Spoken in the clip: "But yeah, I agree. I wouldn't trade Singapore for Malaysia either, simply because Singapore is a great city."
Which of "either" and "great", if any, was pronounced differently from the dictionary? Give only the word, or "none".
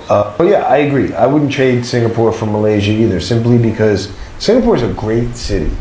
none